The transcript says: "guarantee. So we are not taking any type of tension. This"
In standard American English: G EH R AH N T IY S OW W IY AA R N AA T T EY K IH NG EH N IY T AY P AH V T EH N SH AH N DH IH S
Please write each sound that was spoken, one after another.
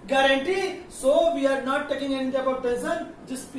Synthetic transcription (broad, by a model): G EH R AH N T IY S OW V IY AA R N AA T T EY K IH NG EH N IY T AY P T P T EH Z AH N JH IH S